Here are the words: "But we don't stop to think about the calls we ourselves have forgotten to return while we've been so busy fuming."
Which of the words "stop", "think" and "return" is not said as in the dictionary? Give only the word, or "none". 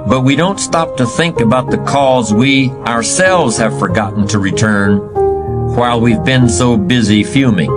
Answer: none